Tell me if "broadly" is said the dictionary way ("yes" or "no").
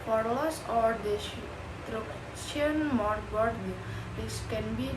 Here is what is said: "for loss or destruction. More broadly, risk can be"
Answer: no